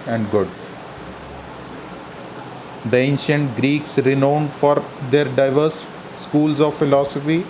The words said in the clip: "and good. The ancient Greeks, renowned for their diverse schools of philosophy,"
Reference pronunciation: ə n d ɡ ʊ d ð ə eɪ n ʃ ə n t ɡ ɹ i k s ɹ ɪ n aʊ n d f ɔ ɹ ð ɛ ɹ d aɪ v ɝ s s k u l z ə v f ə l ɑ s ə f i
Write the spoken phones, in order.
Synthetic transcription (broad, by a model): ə n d ɡ ʊ d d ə eɪ n ʃ ə n t ɡ ɹ i k s ɹ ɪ n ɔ n d f ɔ ɹ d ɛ ɹ d aɪ v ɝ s s k u l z ə v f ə l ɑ s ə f i